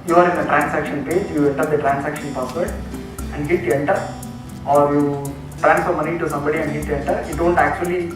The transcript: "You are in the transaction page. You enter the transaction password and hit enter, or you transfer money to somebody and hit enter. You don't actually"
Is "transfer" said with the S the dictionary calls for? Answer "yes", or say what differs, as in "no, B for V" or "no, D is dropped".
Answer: no, S is dropped